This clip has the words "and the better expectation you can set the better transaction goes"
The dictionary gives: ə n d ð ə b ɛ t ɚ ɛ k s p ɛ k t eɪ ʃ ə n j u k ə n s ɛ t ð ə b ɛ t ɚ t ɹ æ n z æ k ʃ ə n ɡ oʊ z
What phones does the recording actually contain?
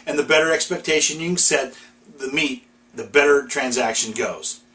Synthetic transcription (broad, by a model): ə n ð ə b ɛ t ɚ ɛ k s p ɛ k t eɪ ʃ ə n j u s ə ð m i t ð ə b ɛ t ɚ t ɹ æ n z æ k ʃ ə n ɡ oʊ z